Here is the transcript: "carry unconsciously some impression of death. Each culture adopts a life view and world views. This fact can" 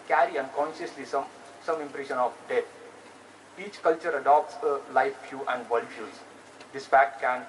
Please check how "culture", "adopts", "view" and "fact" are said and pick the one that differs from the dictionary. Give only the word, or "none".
view